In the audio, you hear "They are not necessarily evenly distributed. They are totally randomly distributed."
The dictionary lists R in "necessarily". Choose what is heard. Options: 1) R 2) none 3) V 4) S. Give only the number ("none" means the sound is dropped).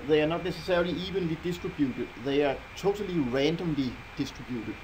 2